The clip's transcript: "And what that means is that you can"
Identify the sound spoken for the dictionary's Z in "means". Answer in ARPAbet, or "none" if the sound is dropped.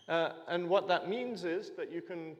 Z